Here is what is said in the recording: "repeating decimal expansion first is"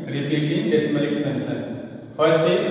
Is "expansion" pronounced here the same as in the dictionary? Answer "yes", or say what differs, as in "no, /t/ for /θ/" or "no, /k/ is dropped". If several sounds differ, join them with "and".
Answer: no, /s/ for /ʃ/